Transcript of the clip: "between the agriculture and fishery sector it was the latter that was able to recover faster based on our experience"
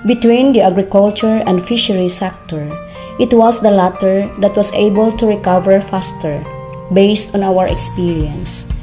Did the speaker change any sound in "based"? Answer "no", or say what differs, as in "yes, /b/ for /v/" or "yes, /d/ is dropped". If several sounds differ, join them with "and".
no